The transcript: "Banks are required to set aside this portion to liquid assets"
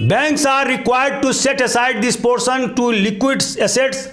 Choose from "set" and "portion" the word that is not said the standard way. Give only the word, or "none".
portion